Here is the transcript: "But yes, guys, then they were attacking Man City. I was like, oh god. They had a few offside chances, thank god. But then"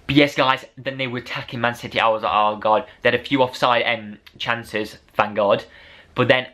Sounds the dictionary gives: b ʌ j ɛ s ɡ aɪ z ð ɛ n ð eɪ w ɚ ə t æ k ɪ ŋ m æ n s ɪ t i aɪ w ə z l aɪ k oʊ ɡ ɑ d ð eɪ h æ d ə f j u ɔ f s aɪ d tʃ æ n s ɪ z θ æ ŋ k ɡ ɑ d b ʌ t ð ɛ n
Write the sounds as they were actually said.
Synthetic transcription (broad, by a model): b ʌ j ɛ s ɡ aɪ z ð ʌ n ð eɪ w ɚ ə t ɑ k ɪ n m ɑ n s ɪ t i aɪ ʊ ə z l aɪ oʊ ɡ ɑ d ð eɪ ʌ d ə f j u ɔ f s aɪ d tʃ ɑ n s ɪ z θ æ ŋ ɡ ɑ d b ʌ t ð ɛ n